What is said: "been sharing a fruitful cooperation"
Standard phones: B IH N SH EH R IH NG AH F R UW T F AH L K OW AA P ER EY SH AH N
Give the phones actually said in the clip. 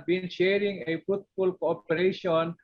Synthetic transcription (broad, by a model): B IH N SH EH R IH NG AH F UW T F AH L K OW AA P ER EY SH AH N